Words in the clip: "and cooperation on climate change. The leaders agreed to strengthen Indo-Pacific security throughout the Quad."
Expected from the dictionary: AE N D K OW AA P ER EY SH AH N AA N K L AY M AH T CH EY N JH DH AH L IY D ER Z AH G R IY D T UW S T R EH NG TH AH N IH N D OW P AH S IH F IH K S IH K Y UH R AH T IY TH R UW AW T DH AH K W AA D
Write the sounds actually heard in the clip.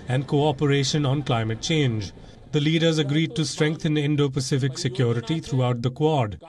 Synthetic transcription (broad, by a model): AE N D K OW AA P ER EY SH AH N AA N K L AY M AH T CH EY N JH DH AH L IY D ER Z AH G R IY D T UW S T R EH NG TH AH N IH N D OW P AH S IH F IH K S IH K Y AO R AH T IY T R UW AW T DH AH K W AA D